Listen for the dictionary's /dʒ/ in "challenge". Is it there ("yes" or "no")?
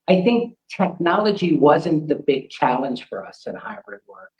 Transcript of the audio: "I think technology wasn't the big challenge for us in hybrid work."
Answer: no